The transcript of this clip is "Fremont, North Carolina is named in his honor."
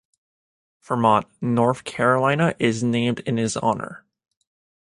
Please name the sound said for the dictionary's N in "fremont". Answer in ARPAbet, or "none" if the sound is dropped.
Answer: none